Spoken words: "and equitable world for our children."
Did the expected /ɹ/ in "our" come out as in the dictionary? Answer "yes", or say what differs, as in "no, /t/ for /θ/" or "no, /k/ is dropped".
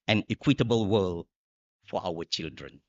no, /w/ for /ɹ/